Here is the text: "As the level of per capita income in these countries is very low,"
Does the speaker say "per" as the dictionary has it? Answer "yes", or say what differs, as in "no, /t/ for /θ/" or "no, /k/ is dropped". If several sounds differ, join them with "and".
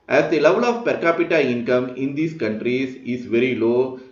yes